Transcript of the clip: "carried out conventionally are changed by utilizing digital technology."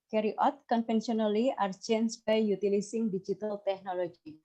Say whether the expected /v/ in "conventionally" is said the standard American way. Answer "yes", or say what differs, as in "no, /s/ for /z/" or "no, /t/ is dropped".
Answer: no, /f/ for /v/